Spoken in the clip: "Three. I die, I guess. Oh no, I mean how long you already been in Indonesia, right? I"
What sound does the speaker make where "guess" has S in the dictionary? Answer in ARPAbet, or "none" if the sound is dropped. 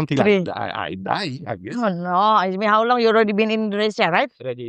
none